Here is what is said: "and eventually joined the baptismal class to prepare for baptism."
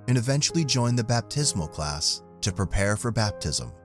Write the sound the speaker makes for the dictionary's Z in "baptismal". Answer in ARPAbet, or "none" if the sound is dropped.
Z